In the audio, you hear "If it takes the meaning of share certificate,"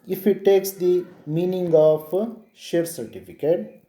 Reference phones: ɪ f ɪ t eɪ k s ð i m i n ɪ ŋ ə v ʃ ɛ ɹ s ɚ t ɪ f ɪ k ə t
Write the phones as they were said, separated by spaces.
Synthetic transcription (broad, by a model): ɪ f ɪ t eɪ k s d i m i n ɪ ŋ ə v ʃ ɛ ɹ s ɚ t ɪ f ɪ k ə t